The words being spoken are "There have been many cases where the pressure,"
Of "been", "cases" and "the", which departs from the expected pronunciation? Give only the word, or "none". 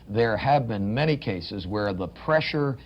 none